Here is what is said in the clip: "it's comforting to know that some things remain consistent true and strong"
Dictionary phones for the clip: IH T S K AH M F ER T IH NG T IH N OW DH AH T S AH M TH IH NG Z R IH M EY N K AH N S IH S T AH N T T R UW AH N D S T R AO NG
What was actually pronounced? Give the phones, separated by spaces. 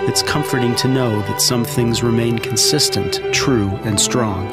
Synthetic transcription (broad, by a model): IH T S K AH M F ER T IH NG T IH N OW DH AH T S AH M TH IH NG Z R IH M EY N K N S IH S T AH N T T R UW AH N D S T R AO NG